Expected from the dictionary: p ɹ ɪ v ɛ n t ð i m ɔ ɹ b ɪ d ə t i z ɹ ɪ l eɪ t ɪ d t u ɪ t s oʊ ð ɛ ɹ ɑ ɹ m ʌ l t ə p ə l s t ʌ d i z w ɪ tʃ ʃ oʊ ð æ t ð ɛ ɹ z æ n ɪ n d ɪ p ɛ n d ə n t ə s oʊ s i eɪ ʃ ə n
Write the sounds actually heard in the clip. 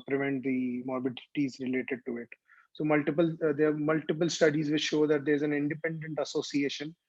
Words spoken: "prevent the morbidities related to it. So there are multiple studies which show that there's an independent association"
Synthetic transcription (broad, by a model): p ɹ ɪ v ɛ n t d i m ɔ ɹ b ɪ d ə t i z ɹ ɪ l eɪ t ɪ d t u ɪ t s oʊ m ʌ l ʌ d m ʌ l t ə p ə l s t ʌ d i z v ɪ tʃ ʃ oʊ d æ t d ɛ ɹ z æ n ɪ n d ɪ p ɛ n d ə n t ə s oʊ s i eɪ ʃ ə n